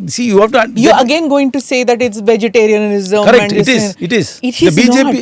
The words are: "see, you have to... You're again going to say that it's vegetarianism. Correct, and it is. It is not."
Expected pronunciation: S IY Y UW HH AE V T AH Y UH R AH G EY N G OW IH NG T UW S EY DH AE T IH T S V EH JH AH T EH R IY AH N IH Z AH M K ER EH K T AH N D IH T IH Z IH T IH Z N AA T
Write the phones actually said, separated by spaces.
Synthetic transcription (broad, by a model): S IY Y UW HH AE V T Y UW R AH G EY N G OW IH NG T UW S EY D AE T IH T S V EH JH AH T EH R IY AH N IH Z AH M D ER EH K AH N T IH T IH Z IH T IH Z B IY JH